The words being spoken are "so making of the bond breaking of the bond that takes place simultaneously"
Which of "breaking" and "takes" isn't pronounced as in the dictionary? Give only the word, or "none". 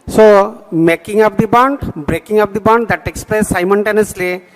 none